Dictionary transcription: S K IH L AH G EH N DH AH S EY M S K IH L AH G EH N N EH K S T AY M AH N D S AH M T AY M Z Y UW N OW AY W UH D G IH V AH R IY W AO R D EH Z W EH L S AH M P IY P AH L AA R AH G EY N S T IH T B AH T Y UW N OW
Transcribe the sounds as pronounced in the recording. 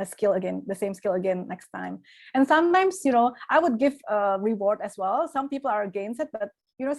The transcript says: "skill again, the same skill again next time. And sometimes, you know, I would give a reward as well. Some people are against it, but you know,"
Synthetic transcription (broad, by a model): S K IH L AH G EH N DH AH S EY M S K IH L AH G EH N N EH K S T AY M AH N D S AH M T AY M S Y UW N OW AY W UH D G IH V AH R IY W AO R D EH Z W EH L S AH M P IY P AH L AA R G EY N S IH T B AH T Y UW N OW